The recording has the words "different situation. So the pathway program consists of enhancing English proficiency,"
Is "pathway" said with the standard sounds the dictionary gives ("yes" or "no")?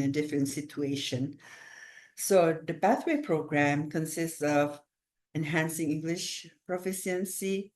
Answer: no